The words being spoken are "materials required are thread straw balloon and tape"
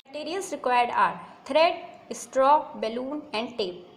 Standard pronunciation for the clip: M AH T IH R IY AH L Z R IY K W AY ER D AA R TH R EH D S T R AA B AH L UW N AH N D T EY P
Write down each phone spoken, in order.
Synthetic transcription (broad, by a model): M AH T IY R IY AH L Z R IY K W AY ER D AA R T R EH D S T R AA B AH L UW N AH N D T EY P